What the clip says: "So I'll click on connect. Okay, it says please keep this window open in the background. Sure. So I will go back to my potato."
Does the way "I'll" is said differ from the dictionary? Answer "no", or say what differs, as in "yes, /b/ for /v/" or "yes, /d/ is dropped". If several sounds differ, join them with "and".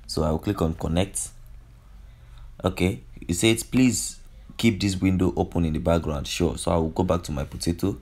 yes, /w/ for /l/